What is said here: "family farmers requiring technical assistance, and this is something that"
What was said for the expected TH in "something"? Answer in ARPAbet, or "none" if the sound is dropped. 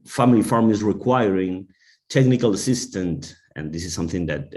TH